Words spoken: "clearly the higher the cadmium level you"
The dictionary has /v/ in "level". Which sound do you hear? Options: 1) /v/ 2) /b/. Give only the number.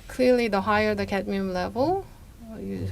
1